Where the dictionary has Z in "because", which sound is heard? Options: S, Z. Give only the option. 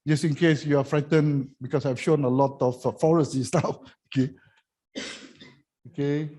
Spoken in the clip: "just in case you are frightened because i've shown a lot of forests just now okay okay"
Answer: S